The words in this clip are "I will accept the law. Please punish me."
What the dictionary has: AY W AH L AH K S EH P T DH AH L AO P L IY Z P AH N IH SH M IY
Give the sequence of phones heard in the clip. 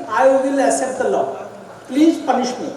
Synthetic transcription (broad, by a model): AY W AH L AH S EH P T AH L AO P L IY Z P AH N IH SH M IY